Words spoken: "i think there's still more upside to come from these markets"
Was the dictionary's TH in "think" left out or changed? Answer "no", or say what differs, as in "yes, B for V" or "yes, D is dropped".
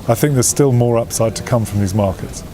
no